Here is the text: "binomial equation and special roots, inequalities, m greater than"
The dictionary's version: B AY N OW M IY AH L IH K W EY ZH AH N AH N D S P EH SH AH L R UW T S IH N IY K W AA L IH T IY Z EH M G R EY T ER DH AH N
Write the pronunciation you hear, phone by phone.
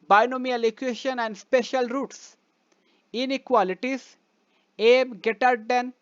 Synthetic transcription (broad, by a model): B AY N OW M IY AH L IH K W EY SH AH N AH N D S P EH SH AH L R UW T S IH N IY K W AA L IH T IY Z EH M G EY T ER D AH N